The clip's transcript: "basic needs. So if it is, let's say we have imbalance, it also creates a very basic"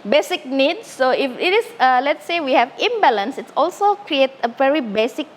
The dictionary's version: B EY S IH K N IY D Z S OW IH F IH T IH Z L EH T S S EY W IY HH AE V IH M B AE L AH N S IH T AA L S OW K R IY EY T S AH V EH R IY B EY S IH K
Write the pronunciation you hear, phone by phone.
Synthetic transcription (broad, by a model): B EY S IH K N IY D S OW IH F IH T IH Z L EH T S S EY W IY HH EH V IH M B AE L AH N S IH T AA L S OW K R IY EY T AH V EH R IY B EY S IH K